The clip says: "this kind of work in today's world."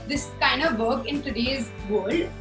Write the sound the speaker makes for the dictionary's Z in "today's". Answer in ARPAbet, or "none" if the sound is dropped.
Z